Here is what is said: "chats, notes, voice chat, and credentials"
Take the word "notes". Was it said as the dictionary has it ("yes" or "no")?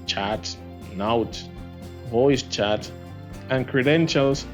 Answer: no